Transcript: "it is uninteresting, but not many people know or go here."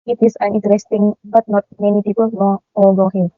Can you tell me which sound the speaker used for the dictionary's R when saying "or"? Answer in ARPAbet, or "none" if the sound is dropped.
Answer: L